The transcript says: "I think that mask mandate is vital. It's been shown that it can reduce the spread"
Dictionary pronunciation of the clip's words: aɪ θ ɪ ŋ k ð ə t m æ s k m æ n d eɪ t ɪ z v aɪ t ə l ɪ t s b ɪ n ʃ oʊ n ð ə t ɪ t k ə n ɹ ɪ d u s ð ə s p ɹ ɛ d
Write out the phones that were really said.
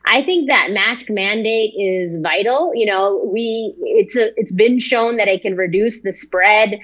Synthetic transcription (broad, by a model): aɪ θ ɪ ŋ k ð ə t m æ s k m æ n d eɪ t ɪ z v aɪ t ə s ɪ t s b ɪ n ʃ oʊ n ð ə t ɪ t k ə n ɹ ɪ d u s ð ə s p ɹ ɛ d